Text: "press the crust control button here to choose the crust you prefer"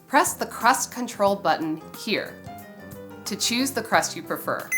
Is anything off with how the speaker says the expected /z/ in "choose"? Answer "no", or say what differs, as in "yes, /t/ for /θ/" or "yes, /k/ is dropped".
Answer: no